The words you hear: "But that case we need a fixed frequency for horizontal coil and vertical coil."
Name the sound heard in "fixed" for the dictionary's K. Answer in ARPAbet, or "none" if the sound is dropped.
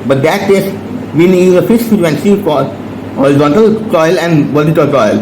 none